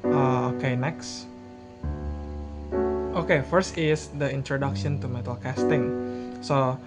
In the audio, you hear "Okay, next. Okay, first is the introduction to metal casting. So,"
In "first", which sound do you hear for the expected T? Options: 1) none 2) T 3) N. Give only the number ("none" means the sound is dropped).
2